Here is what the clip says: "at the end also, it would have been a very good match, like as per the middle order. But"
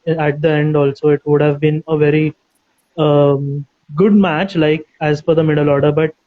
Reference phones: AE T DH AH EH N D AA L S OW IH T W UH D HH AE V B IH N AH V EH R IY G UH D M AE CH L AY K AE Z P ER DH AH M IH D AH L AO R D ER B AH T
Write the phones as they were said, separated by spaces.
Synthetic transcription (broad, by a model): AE T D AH EH N D AA L S OW IH T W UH D HH AE V B IH N AH V EH R IY G UH D M AE CH L AY K AE Z F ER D AH M IH D AH L AO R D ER B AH T